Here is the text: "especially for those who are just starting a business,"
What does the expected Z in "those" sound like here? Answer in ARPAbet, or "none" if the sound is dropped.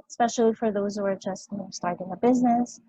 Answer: Z